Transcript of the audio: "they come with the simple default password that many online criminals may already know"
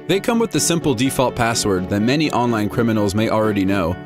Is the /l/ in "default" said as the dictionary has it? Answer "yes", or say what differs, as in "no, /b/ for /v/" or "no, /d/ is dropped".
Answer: yes